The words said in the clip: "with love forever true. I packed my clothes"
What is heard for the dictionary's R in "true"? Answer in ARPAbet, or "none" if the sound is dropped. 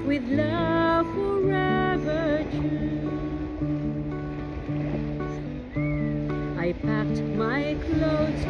none